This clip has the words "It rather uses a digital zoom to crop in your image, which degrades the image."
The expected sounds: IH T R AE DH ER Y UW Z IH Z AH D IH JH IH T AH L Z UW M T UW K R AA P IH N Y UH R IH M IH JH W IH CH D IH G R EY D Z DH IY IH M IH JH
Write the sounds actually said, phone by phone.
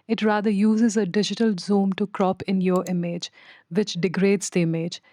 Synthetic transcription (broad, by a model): IH T R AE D ER Y UW Z IH Z AH D IH JH IH T AH L Z UW M T UW K R AA P IH N Y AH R IH M IH JH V IH CH D IH G R EY D Z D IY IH M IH JH